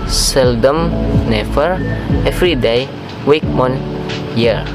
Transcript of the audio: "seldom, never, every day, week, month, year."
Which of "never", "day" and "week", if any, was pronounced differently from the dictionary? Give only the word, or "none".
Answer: never